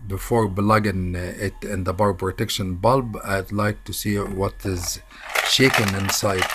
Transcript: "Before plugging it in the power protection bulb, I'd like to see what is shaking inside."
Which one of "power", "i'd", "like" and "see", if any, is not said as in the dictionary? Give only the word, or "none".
power